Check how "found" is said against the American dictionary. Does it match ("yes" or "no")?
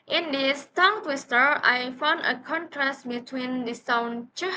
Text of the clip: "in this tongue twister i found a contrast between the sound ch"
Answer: yes